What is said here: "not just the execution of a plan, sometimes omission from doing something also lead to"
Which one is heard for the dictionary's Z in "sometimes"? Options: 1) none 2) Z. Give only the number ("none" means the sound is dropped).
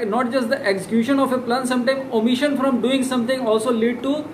1